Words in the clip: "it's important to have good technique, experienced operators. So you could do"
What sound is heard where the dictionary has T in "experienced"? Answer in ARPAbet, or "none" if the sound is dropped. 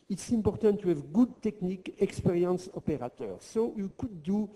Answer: none